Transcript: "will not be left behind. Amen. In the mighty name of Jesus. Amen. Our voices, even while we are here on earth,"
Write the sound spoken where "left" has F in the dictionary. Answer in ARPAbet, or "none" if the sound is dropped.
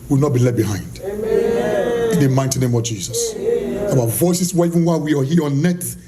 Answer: none